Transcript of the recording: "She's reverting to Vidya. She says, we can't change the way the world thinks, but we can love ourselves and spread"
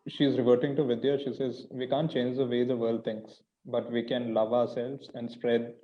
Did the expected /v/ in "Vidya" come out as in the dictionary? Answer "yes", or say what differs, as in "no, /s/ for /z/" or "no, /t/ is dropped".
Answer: yes